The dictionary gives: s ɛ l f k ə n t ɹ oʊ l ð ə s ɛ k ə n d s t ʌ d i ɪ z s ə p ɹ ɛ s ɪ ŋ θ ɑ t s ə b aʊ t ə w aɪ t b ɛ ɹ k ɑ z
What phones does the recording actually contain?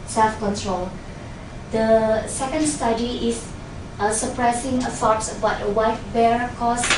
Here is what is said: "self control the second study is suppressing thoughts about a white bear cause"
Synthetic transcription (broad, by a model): s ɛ l f k ə n t ɹ oʊ l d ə s ɛ k ə n d s t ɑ d i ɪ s s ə p ɹ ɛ s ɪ ŋ s ɑ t s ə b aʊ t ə w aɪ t b ɛ ɹ k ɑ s